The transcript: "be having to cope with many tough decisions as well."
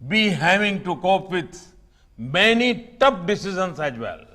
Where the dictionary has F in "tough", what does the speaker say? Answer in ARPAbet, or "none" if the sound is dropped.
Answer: P